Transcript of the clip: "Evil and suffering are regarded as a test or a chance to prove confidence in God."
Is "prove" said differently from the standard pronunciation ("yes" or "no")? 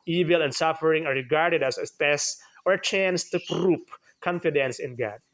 yes